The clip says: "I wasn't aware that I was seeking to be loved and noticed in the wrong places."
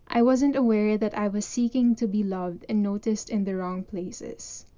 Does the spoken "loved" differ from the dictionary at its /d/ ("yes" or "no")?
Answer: no